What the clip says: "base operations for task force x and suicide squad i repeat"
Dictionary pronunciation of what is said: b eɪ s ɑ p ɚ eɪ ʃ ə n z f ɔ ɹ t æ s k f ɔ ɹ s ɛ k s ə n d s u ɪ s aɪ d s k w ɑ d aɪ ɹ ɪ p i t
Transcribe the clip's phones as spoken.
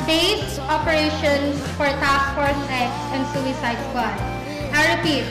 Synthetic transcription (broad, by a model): b eɪ s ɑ p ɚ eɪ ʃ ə n s f ɔ ɹ t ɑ s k f ɔ ɹ s ɛ k s ə n d s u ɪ s aɪ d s w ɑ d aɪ ɹ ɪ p i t